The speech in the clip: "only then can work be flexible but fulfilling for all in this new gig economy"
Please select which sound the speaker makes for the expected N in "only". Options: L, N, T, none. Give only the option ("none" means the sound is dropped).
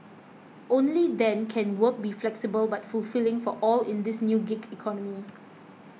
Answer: N